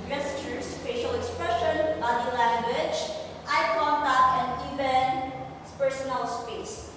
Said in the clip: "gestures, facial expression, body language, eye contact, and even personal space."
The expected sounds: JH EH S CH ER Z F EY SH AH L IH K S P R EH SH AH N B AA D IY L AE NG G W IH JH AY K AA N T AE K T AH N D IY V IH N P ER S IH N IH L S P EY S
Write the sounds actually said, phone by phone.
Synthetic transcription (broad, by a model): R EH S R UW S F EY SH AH L IH K S P R EH SH AH N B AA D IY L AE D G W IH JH AY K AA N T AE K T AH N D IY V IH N P ER S IH N IH L S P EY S